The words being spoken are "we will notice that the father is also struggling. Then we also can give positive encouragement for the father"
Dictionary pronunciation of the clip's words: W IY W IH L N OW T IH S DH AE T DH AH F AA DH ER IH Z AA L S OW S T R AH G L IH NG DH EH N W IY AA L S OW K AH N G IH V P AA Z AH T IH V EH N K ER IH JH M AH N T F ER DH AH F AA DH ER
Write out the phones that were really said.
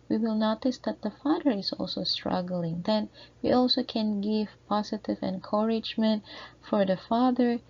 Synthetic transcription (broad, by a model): W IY W IH L N OW T IH S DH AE T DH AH F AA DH ER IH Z AA L S OW S T R AH G L IH NG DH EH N W IY AA L S OW K AH N G IH V P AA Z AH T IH V EH N K ER IH JH M AH N T F ER DH AH F AA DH ER